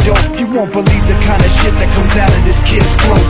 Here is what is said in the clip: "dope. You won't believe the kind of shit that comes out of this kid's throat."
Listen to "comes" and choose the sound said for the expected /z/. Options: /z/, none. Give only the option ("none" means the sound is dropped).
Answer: /z/